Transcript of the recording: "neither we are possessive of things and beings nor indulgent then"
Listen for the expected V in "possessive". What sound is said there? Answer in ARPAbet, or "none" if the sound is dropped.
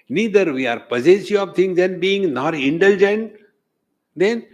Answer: none